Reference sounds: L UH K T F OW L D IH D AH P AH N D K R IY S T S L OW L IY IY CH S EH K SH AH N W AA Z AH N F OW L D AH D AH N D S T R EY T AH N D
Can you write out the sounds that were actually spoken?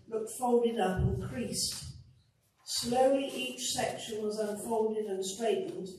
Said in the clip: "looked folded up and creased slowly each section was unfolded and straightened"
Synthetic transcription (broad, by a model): L UH K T F OW L D IH D AH P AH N K R IY S T S L OW L IY IY CH S EH K SH AH N W AA Z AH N F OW L D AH D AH N S T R EY T N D